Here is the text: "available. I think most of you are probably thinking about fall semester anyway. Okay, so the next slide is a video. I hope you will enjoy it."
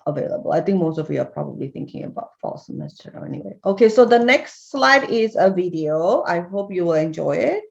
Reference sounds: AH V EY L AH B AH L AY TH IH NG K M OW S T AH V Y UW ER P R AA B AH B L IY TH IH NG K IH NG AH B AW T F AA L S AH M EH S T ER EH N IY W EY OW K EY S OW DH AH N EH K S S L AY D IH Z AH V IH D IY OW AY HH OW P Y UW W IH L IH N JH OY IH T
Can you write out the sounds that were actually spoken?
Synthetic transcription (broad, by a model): AH V EY L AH B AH L AY TH IH NG K M OW S T AH V Y UW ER P R AA B AH B L IY TH IH NG K IH NG AH B AW T F AA L S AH M EH S T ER EH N IY W EY OW K EY S OW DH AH N EH K S S L AY D IH Z AH V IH D IY OW AY HH OW P Y UW W IH L IH N JH OY IH T